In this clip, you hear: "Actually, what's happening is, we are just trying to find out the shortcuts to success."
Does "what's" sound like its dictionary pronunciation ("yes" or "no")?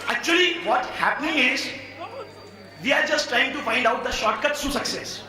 no